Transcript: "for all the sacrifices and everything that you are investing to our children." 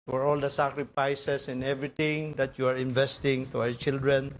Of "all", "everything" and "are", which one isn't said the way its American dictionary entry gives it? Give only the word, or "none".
everything